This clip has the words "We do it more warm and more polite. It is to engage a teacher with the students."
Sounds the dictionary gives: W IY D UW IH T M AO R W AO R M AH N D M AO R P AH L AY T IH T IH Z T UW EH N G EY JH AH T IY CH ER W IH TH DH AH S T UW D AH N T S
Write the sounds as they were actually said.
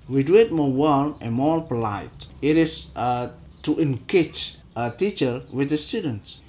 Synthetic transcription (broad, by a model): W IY D UW IH T M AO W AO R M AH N M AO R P L AY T IH T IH S T UW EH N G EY CH AH T IY CH ER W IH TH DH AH S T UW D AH N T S